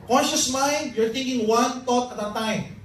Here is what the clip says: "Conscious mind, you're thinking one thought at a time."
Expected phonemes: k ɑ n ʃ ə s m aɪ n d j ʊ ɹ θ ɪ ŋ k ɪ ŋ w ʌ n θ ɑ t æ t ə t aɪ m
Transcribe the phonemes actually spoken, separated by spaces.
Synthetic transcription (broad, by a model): k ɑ n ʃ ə s m aɪ n d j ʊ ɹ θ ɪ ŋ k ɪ ŋ w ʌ n t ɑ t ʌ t ə t aɪ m